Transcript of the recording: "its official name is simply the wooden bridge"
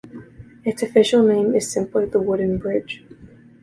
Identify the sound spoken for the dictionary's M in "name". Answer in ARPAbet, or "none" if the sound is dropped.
M